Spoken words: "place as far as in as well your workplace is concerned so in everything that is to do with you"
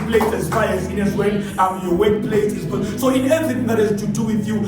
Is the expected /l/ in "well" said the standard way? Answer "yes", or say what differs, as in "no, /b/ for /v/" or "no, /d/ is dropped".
no, /n/ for /l/